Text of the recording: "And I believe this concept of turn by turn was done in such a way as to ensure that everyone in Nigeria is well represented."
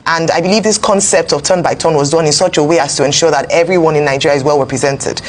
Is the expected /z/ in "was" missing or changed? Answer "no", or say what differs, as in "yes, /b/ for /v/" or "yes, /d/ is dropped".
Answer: no